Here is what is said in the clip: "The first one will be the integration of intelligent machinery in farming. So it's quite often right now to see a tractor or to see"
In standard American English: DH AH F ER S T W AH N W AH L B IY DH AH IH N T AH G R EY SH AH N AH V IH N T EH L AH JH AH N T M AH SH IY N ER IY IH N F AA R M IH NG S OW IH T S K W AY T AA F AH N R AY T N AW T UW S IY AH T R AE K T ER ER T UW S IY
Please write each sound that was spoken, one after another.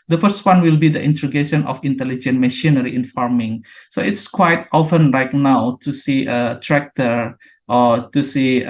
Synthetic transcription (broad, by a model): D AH F ER S T W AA N W AH L B IY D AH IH N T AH G EY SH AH N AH F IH N T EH L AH JH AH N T M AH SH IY N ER IY IH N F AA R M IH NG S OW IH T S K W AY T AA F AH N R AY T N AW T UW S IY AH T R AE K T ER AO T UW S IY